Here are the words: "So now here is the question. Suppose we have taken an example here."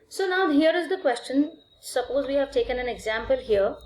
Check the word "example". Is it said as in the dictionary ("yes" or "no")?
yes